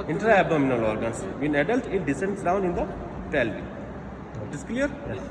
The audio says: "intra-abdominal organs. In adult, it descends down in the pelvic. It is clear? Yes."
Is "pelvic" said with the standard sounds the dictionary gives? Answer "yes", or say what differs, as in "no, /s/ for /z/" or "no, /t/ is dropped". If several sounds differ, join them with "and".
no, /k/ is dropped